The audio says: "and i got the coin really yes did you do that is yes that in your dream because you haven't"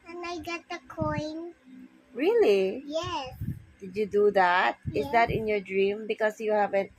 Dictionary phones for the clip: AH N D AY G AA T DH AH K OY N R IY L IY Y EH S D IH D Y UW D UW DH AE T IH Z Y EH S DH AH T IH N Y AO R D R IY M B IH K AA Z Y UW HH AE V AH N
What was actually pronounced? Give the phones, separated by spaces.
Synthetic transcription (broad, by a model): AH N AY G AA T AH K OY N R IY L IY Y EH S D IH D Y UW D UW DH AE T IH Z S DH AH T IH N Y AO D R IY M B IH K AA S Y UW HH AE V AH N